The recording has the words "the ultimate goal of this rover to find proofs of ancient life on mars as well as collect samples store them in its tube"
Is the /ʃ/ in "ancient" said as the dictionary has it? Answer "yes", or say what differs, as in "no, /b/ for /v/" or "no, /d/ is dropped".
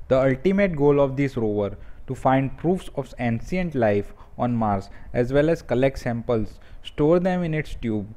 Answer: no, /s/ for /ʃ/